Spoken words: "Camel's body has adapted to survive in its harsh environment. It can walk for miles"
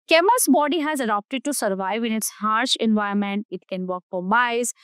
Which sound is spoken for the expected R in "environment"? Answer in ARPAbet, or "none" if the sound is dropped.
none